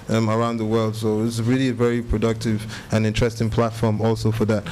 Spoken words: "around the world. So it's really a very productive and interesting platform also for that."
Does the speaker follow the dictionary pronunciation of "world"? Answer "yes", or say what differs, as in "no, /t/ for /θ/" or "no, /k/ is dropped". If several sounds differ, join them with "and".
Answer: yes